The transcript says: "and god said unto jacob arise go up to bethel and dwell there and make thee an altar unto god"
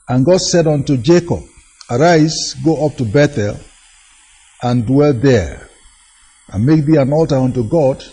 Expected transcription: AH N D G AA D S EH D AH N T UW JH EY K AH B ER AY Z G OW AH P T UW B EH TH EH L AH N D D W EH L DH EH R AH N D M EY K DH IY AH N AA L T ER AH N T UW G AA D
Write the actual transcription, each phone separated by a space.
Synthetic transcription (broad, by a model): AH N G AA D S EH D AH N T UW JH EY K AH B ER AY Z G OW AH P T UW B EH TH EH L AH N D D W EH L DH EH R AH N M EY K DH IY AH N AA L T ER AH N T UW G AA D